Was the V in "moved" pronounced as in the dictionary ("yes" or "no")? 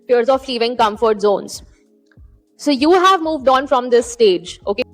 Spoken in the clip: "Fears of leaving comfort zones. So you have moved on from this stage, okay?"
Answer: yes